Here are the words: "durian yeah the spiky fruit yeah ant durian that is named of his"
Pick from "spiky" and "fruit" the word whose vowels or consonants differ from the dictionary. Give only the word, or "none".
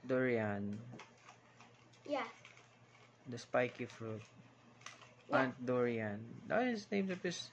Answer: none